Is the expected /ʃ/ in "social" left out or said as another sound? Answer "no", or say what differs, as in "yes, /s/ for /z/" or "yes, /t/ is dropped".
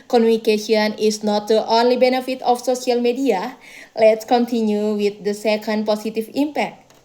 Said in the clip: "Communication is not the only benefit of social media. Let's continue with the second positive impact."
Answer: yes, /s/ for /ʃ/